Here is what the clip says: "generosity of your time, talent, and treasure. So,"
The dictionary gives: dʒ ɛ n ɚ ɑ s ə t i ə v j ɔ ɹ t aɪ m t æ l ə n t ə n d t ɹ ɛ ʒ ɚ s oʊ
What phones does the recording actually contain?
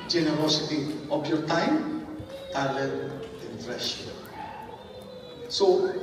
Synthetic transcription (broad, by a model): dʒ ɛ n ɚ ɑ s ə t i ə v j ɔ ɹ t aɪ m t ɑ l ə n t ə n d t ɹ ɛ ʃ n s oʊ